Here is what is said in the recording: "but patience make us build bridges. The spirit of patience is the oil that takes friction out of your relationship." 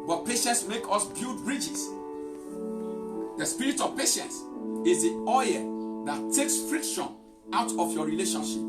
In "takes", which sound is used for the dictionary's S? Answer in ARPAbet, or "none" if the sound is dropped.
S